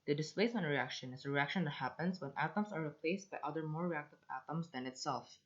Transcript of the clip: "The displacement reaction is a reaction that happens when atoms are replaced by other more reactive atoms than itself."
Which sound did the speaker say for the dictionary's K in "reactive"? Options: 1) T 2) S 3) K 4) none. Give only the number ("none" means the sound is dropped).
3